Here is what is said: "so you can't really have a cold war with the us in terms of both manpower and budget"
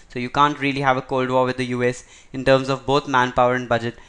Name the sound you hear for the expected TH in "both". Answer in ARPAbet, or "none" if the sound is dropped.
T